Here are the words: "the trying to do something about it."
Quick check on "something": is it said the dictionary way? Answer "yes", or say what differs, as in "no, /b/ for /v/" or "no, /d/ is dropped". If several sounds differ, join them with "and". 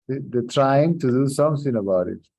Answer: no, /s/ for /θ/